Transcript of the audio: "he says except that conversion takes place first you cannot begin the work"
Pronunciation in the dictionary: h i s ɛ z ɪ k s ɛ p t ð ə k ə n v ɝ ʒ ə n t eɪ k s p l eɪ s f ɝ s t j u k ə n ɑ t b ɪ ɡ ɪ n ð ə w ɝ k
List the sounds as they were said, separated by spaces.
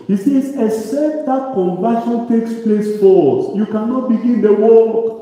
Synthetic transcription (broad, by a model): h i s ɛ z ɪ s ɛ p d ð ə k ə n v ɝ ʃ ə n t eɪ k s p l eɪ s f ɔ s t j u k ə n ɑ t b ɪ ɡ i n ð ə w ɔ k